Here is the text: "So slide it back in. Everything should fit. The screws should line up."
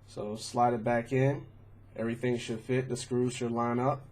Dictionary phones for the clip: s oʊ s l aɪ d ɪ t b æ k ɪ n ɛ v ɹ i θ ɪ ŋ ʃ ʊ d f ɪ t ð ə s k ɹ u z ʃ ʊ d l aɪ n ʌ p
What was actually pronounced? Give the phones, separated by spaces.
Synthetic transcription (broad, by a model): s oʊ s l aɪ d ɪ t b æ k ɪ n ɛ v ɹ i θ ɪ ŋ ʃ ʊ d f ɪ t ð ə s k ɹ u z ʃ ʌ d l aɪ n ʌ p